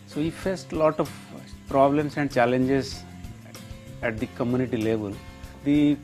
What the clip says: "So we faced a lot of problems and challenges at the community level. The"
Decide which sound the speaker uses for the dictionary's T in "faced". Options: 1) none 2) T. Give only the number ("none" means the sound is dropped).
2